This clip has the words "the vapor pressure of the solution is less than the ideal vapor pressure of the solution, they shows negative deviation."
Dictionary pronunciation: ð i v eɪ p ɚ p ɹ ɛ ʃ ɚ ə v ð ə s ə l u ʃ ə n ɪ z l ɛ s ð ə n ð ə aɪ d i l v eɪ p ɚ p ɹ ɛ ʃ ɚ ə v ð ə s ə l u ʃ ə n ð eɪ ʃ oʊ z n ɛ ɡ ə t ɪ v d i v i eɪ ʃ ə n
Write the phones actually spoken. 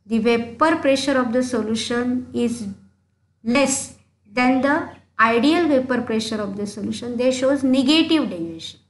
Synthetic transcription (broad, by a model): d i v eɪ p ɚ p ɹ ɛ ʃ ɚ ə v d ə s ə l u ʃ ə n ɪ z l ɛ s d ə n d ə aɪ d i l v eɪ p ɚ p ɹ ɛ ʃ ɚ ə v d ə s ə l u ʃ ə n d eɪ ʃ oʊ z n ɛ ɡ ə t ɪ v d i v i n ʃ ə n